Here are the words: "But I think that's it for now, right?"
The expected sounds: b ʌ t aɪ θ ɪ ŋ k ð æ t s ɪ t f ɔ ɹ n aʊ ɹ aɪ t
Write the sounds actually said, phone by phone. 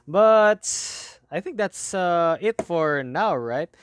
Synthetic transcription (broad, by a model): b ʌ t aɪ θ ɪ ŋ k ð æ t s ɪ t f ɔ ɹ n aʊ ɹ aɪ t